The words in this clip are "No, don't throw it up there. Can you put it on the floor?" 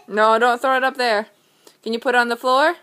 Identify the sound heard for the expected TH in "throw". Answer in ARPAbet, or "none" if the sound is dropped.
TH